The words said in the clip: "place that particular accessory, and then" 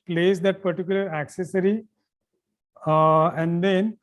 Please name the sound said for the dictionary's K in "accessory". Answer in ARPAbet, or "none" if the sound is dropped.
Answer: K